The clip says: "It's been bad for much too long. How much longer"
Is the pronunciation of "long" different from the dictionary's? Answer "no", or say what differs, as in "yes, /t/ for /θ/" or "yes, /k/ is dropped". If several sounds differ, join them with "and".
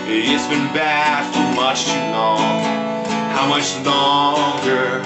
yes, /n/ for /l/